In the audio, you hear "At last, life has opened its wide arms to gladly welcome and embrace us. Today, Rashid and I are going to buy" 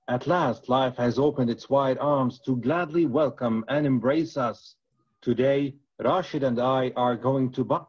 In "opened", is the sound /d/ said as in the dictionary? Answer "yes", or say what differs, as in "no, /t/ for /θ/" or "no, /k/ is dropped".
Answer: yes